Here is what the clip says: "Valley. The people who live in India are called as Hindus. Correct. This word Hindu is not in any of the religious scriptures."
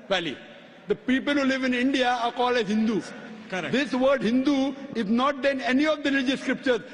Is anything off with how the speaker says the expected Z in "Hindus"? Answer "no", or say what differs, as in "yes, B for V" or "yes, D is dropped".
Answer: yes, Z is dropped